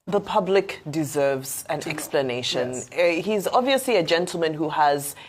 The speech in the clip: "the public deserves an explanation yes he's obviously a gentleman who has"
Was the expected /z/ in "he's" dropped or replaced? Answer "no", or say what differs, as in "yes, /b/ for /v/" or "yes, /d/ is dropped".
no